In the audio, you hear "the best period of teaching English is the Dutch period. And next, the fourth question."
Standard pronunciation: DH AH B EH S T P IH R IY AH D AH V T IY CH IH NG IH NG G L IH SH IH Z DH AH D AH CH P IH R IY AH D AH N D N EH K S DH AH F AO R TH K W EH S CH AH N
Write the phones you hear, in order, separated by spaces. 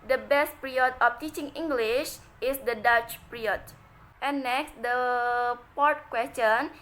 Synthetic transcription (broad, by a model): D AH B EH S T P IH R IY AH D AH F T IY CH IH NG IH NG G L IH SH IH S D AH D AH CH P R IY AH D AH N N EH K S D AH P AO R T K W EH S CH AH N